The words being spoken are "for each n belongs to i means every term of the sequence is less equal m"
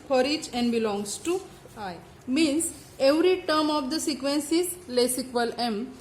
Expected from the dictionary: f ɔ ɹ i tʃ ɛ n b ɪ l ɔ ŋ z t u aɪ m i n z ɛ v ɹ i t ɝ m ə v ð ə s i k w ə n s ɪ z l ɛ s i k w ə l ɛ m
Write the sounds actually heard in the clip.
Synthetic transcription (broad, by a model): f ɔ ɹ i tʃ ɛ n b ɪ l ɔ ŋ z t u aɪ m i n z ɛ v ɹ i t ɝ m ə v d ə s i k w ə n s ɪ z l ɛ s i k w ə l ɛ m